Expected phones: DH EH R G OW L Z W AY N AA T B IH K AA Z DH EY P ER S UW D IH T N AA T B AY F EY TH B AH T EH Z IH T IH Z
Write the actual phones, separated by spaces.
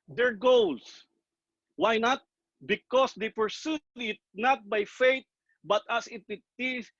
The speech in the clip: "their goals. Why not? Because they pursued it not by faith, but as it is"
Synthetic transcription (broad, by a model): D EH R G OW L S W AY N AA T B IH K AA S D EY P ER S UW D IH T N AA T B AY F EY T B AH T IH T IH T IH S